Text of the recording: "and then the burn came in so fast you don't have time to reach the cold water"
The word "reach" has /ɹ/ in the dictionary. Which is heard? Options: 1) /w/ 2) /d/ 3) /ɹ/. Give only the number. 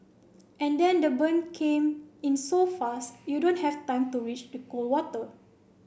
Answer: 1